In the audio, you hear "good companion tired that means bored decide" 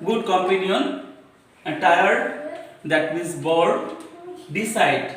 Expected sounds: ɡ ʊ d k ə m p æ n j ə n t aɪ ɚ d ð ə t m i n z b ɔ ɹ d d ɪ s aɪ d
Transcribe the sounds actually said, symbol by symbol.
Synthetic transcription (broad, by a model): ɡ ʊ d k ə m p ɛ n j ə n t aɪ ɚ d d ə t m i z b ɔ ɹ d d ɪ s aɪ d